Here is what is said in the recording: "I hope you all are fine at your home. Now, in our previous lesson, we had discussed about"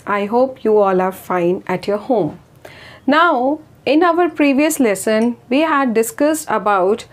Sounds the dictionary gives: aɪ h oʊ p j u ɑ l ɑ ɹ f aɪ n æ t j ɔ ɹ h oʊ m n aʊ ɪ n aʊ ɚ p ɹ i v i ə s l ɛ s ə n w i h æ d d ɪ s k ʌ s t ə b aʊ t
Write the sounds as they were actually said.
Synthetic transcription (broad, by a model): aɪ h oʊ p j u ɑ l ɑ ɹ f aɪ n æ t j ɔ ɹ h oʊ m n aʊ ɪ n aʊ ɚ p ɹ i v i ə s l ɛ s ə n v i h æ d d ɪ s k ʌ s t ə b aʊ t